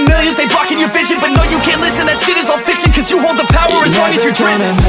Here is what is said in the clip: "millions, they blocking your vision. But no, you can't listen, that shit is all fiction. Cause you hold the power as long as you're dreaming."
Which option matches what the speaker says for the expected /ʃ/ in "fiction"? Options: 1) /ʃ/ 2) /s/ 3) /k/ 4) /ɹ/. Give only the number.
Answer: 2